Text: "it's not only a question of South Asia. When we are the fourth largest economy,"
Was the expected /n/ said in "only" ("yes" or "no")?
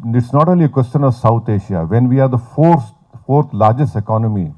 no